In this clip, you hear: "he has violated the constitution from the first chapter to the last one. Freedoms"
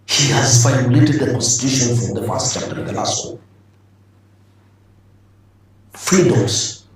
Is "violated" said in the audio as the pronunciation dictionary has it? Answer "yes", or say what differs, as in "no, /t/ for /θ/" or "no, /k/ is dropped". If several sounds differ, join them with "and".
no, /f/ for /v/